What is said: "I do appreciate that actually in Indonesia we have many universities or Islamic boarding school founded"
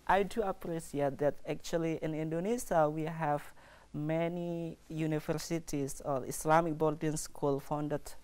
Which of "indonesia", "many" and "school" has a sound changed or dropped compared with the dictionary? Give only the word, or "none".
indonesia